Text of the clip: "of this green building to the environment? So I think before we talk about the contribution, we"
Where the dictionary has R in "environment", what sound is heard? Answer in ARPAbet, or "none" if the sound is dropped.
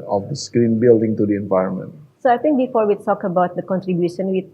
R